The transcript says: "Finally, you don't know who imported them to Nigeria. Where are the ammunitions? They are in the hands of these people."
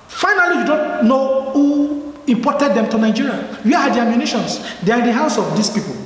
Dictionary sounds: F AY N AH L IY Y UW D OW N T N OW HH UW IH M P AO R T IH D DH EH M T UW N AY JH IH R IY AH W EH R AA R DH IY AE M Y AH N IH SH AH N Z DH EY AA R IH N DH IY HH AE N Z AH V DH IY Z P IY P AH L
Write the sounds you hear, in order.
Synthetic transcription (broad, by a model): F AY N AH L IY Y UW D OW N T N OW HH UW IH M P AO T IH D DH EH M T UW N AY JH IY R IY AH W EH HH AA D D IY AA M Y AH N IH SH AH N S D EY AA R IH N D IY HH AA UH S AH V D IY S P IY P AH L